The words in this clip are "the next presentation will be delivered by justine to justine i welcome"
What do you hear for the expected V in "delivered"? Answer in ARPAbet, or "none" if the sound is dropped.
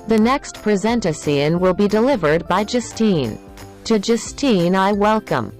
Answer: V